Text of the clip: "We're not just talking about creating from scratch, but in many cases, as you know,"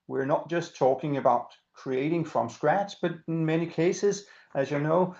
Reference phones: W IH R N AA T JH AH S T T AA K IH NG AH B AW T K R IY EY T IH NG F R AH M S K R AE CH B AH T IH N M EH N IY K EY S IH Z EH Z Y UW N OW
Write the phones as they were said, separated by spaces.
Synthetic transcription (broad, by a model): W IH R N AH T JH AH S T T AA K IH NG AH B AW T K R IY EY T IH NG F R AH M S K R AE S B AH T IH N M EH N IY K EY S IH Z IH Z Y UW N OW